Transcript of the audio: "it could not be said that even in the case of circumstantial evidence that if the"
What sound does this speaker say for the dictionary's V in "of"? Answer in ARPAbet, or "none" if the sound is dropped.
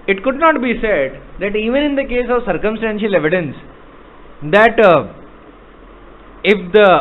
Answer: V